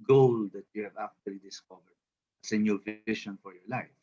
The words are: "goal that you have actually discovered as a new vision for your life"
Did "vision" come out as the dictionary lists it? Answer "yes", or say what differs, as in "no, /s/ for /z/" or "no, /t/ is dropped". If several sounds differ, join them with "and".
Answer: no, /ʃ/ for /ʒ/